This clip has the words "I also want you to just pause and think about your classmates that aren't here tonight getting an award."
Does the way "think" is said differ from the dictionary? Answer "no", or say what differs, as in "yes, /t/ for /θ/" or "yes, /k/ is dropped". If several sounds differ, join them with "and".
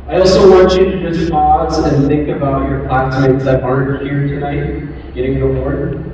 no